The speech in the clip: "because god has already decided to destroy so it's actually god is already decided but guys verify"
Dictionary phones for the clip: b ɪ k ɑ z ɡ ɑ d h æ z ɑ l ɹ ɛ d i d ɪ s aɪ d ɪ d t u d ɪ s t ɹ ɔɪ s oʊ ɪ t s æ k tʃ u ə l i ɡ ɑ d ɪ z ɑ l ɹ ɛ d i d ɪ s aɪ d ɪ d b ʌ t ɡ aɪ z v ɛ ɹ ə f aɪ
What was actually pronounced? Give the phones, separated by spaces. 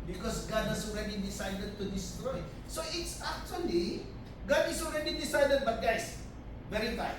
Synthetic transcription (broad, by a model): b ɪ k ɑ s ɡ ɑ d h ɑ s ɑ l ɹ ɛ d i d ɪ s aɪ d ɪ d t u d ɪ s t ɹ ɔɪ s oʊ ɪ t s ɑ k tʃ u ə l i ɡ ɑ d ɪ s ɑ l ɹ ɛ d i d ɪ s aɪ d ɪ d b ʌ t ɡ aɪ s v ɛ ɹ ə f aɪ